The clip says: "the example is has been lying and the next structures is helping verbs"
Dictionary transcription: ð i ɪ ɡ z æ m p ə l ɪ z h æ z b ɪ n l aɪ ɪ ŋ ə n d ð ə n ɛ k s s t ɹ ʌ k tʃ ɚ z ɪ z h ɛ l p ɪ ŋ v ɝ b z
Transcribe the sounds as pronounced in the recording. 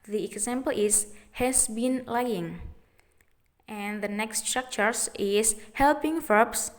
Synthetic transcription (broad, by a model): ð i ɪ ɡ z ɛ m p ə l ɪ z h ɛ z b ɪ n l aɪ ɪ ŋ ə n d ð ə n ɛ k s s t ɹ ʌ k tʃ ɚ s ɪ s h ɛ l p ɪ ŋ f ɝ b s